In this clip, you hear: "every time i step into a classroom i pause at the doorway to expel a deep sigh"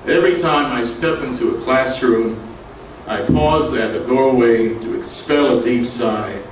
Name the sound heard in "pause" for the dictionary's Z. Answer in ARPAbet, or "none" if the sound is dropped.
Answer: Z